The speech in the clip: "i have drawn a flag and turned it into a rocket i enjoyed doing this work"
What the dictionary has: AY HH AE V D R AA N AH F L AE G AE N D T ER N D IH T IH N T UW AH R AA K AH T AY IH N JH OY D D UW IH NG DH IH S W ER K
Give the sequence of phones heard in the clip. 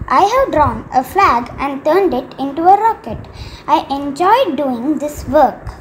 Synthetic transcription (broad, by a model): AY HH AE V D R AA N AH F L AE G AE N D T ER N D IH T IH N T UW AH R AA K AH T AY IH N JH OY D D UW IH NG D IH S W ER K